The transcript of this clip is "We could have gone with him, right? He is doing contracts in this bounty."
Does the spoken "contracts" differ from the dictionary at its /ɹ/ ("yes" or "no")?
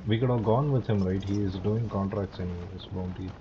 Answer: no